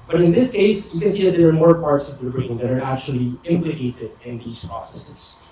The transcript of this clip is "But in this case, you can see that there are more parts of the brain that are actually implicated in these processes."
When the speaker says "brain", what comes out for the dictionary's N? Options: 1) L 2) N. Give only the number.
1